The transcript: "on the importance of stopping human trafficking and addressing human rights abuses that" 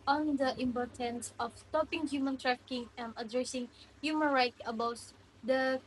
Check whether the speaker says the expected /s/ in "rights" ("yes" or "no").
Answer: no